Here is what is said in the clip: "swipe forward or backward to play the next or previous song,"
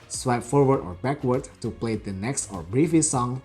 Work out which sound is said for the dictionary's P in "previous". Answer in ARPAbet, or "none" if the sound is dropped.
B